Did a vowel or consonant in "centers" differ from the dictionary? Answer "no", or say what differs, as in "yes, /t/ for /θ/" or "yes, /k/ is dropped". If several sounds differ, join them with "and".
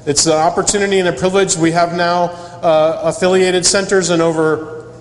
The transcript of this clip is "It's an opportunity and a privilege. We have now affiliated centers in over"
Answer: no